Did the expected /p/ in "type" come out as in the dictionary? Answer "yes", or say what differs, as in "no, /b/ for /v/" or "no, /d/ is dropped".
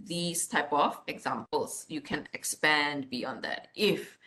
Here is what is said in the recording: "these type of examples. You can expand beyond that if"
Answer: yes